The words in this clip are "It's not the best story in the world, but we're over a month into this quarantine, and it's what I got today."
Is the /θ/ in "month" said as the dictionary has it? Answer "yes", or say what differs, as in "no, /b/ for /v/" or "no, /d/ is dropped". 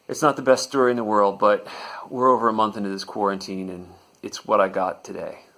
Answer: yes